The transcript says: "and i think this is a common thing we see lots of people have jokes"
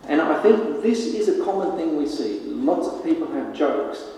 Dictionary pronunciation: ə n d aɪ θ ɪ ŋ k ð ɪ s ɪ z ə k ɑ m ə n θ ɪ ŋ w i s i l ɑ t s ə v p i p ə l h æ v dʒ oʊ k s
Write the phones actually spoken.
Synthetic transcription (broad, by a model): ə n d aɪ θ ɪ ŋ k ð ɪ s ɪ z ə k ɑ m ə n θ ɪ ŋ w i s i l ɑ t s ə v p i p ə l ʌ v dʒ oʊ k s